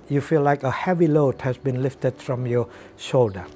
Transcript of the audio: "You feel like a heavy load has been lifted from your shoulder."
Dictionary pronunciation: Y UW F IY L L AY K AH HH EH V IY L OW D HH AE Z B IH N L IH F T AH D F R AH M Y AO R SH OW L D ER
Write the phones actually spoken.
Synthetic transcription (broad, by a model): Y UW F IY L L AY K AH HH EH V IY L OW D HH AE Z B IH N L IH F T AH D F R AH M Y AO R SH OW L D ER